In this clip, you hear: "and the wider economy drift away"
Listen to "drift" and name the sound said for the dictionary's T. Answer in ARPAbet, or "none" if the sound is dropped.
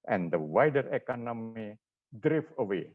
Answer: none